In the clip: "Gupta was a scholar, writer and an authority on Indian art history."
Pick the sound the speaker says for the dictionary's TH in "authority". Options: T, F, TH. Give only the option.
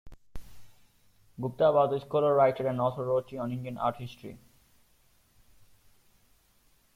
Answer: T